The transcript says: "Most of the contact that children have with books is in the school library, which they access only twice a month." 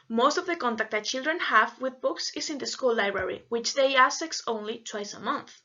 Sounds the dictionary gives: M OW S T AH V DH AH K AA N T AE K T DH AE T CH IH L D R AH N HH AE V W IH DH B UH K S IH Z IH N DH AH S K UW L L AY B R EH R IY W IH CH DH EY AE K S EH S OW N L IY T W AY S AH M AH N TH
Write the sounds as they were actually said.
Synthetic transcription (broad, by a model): M OW S T AH V DH AH K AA N T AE K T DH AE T CH IH L D R AH N HH AE V W IH DH B UH K S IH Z IH N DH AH S K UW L L AY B R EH R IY W IH CH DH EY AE S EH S OW N L IY T W AY S AH M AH N TH